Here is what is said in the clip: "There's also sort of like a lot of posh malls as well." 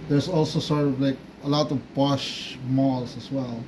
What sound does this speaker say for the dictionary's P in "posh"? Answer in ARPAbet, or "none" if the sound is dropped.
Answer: B